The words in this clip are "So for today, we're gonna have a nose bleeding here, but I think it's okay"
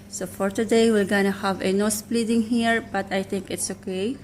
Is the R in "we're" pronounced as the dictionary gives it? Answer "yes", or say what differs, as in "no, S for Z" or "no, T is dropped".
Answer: no, L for R